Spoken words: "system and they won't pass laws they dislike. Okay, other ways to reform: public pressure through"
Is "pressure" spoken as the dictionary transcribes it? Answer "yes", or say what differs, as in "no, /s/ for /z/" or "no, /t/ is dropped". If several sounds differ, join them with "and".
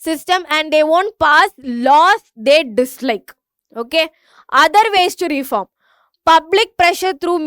yes